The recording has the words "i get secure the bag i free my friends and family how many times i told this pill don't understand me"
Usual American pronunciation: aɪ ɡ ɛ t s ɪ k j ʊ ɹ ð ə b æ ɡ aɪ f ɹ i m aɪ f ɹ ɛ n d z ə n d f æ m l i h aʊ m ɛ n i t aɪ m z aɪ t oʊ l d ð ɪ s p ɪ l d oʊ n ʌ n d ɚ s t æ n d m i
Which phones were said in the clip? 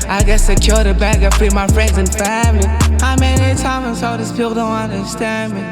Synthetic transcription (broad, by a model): aɪ ɡ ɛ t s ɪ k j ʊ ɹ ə b æ ɡ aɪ f ɹ i m aɪ f ɹ ɛ n d z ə n f æ m l i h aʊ m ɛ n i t aɪ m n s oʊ d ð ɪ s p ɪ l d oʊ n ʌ n d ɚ s t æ n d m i